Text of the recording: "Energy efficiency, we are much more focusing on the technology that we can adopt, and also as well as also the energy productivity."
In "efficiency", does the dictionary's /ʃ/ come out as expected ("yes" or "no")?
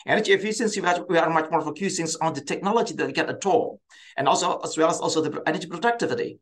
no